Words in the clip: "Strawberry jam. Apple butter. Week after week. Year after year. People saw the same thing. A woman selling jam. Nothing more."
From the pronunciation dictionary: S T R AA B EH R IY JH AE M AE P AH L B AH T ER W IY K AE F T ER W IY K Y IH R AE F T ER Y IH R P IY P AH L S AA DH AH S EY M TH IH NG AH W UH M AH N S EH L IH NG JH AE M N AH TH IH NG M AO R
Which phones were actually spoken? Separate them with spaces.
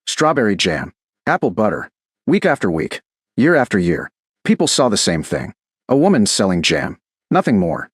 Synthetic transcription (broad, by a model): S T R AA B EH R IY JH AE M AE P L B AH T ER W IY K AE F T ER W IY K Y IH R AE F T ER Y IH R P IY P L S AA DH AH S EY M TH IH NG AH W UH M AH N S EH L IH NG JH AE M N AH TH IH NG M AO R